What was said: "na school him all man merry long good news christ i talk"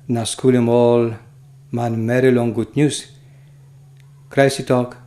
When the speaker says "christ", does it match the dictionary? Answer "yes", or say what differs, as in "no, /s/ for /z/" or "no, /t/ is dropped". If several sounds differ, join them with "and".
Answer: no, /t/ is dropped